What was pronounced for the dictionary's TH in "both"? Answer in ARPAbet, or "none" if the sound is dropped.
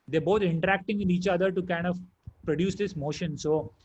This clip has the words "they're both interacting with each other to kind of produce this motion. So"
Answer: T